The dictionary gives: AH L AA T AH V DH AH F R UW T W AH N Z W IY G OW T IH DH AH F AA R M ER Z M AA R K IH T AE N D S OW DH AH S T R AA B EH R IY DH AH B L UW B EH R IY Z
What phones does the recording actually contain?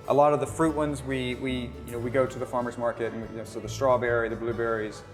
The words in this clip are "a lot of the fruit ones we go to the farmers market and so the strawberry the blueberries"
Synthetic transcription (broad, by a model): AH L AA T AH V DH AH F R UW T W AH N Z W IY G OW T IH DH AH F AA R M ER Z M AA R K IH T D N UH S OW DH AH S T R AA B EH R IY DH AH B L UW B EH R IY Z